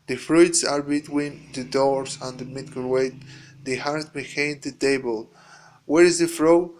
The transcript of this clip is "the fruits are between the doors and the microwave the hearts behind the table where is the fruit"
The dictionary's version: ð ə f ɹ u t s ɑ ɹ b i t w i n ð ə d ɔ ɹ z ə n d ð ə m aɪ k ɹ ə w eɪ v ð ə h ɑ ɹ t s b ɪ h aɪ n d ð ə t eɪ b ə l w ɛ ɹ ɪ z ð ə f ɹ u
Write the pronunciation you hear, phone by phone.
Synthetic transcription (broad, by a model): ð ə f ɹ u t s ɑ ɹ b i t w i n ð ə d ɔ ɹ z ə n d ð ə m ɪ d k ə w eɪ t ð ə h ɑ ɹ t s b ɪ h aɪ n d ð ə t eɪ b ə l w ɛ ɹ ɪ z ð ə f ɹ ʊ